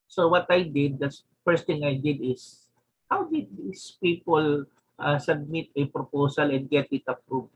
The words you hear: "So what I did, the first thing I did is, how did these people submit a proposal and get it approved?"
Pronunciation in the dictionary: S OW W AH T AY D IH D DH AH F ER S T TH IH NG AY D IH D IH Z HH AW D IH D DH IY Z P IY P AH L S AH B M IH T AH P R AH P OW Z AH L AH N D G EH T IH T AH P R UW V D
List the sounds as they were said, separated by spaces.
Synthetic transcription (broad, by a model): S OW W AH T AY D IH D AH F ER S T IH NG AY D IH D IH S HH AW D IH D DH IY S P IY P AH L S AH B M IH T AH P R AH P OW S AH L AH N D G EH T IH T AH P R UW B